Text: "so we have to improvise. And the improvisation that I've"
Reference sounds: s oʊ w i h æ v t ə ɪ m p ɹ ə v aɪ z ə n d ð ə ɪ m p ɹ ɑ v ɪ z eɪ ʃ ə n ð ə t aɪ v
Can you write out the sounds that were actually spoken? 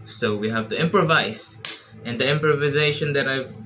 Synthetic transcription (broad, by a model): s oʊ w i h æ v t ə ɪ m p ɹ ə v aɪ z ə n d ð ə ɪ m p ɹ ɑ v ɪ z eɪ ʃ ə n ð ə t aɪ v